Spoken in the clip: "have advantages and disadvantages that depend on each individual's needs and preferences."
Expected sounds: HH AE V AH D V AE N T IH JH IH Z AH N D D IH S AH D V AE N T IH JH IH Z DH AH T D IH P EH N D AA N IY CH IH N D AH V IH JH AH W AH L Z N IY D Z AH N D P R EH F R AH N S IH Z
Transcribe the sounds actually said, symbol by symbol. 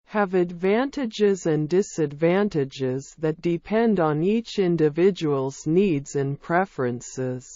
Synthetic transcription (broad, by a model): HH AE V AH D V AE N T IH JH IH Z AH N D D IH S AH D V AE N T IH JH IH Z DH AH T D IH P EH N D N IY CH IH N D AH V IH JH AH W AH L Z N IY D Z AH N P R EH F R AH N S IH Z